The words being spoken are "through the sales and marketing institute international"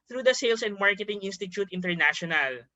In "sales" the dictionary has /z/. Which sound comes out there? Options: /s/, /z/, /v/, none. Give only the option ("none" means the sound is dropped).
/s/